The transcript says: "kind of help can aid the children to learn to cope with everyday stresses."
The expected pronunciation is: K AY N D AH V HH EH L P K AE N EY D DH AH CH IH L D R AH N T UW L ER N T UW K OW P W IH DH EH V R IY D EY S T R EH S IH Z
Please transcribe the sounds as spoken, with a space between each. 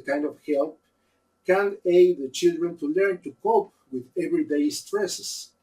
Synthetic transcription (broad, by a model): K AY N D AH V HH EH L P K AE N EY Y DH AH CH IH L D R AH N T UW L ER N T UW K OW P W IH DH EH V R IY D EY S T R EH S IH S